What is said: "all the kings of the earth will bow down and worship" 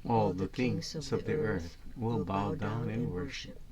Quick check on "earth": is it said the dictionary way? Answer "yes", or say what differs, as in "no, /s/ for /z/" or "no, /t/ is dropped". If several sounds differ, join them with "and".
yes